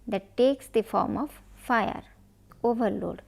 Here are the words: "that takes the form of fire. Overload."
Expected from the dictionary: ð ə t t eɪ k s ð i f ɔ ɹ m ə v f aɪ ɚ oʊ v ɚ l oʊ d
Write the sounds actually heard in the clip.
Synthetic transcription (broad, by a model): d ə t t eɪ k s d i f ɔ ɹ m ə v f aɪ ɚ oʊ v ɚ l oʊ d